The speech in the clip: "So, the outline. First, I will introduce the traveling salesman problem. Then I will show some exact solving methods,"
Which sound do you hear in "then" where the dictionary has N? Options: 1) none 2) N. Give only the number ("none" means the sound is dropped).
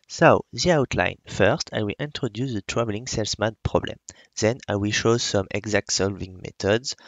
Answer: 2